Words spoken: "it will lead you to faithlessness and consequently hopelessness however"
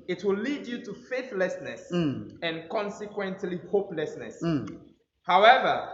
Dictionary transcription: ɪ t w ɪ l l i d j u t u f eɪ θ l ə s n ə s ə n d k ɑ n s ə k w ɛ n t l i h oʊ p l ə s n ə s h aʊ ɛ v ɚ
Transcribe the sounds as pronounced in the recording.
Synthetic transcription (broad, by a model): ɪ t w ɪ l l i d j u t u f eɪ θ l ə s n ə s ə n k ɑ n s ə k w ɛ n t l i h oʊ p l ə s n ə s h aʊ ɛ v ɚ